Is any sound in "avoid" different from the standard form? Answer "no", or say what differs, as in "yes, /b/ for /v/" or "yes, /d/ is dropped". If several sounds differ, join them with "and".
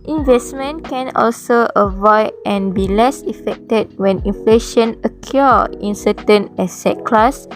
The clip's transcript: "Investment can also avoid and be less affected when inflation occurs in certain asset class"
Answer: no